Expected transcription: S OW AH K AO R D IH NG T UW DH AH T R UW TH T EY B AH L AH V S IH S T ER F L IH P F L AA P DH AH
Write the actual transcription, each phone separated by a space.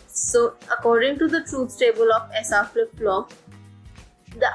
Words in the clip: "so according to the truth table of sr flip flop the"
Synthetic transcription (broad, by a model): S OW AH K AO R D IH NG T UW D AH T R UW S T EY B AH L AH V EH S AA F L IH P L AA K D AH